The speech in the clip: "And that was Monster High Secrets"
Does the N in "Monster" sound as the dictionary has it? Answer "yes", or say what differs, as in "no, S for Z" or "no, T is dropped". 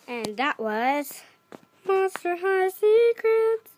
no, N is dropped